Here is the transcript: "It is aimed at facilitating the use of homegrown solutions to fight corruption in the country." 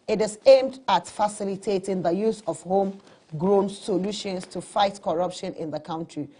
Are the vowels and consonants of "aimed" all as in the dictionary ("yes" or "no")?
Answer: yes